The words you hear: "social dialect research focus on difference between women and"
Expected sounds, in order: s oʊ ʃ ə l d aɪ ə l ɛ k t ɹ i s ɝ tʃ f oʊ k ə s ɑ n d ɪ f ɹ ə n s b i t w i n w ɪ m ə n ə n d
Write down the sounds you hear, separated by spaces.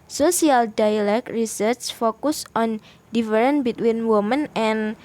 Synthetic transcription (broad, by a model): s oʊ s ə l d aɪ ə l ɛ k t ɹ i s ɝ s f oʊ k ə s ɑ n d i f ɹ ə n b i t w i n w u m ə n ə n